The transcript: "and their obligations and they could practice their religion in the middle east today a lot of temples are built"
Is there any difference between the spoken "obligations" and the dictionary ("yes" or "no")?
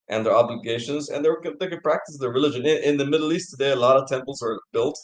no